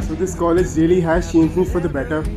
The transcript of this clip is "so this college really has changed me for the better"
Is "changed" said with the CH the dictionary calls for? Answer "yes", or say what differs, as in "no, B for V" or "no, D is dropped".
no, SH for CH